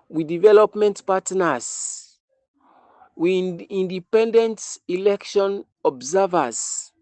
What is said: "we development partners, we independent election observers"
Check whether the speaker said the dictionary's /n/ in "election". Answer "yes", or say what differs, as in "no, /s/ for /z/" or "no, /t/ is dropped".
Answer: yes